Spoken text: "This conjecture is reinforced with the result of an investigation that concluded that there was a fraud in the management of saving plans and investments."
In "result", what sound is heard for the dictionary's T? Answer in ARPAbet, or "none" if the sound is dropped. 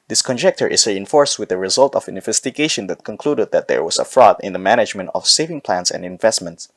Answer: T